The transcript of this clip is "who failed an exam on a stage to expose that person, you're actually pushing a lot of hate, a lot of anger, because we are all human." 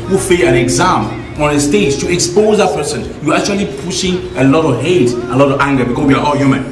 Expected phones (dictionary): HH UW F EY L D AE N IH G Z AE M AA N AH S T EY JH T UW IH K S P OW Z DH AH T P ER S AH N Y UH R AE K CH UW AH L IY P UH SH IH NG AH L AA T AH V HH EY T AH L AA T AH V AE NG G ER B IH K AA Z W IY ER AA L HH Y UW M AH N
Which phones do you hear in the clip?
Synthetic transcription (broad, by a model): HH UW F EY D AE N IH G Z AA M AA N AH S T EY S T UW IH K S P OW Z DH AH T P ER S AH N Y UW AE K CH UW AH L IY P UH SH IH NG AH L AA T AH V HH EY T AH L AA T AH V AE NG G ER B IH K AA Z W IY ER AA L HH Y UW M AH N